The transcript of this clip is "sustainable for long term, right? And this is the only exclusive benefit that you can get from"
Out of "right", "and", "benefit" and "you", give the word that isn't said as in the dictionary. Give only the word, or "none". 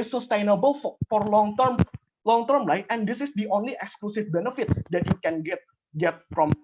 right